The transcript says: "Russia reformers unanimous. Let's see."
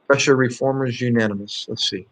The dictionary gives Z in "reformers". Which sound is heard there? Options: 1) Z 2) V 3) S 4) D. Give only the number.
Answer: 1